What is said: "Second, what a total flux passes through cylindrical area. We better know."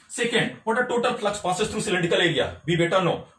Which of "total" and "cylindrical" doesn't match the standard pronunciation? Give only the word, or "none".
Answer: cylindrical